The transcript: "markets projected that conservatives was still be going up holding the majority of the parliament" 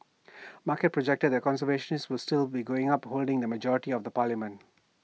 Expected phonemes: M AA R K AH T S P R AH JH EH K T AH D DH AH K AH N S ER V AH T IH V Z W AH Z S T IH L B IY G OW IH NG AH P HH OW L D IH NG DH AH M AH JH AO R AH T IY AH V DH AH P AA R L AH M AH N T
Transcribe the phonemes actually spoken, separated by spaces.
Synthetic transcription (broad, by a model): M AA K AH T P R AH JH EH K T AH D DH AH K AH N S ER V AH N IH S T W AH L S T IH L B IY G OW IH NG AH P HH OW L D IH NG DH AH M AH JH AO R AH T IY AH V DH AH P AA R L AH M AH N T